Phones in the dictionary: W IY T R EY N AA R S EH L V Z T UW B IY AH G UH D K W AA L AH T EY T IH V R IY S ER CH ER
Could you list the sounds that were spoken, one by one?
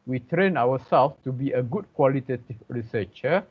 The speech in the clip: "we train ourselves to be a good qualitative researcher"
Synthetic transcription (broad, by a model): W IY T R EY N AA W S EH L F T UW B IY AH G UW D K W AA L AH T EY T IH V R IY S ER CH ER